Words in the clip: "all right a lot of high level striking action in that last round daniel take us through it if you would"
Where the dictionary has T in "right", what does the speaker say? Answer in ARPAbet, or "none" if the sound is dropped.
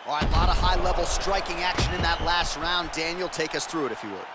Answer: none